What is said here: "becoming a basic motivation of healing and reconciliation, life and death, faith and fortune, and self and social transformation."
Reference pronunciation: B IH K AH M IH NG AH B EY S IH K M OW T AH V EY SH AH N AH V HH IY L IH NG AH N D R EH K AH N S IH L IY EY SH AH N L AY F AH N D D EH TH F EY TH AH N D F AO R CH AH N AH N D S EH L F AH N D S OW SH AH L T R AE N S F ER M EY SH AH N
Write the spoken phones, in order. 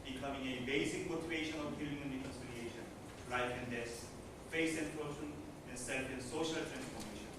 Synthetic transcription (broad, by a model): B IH K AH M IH NG AH B EY S IH K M OW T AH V EY SH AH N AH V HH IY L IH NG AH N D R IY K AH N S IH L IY EY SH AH N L AY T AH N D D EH S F EY S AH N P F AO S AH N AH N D S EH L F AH N S OW SH AH L T R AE N S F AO M EY SH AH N